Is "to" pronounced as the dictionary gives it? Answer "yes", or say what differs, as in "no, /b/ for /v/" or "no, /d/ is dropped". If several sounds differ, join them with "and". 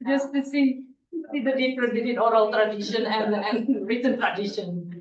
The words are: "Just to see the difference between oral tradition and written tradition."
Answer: no, /s/ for /t/